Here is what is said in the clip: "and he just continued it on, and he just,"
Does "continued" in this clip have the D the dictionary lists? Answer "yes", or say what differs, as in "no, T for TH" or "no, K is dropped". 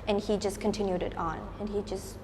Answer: yes